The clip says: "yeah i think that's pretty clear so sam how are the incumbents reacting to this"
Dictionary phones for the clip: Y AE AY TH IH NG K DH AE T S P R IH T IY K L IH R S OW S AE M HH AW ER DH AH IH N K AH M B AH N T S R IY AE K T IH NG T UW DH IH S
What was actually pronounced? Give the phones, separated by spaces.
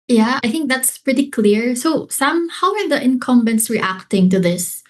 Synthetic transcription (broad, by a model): Y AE AY TH IH NG K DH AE T S P R IH T IY K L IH R S OW S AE M HH AW ER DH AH IH N K AH M B AH N T S R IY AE K T IH NG T UW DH IH S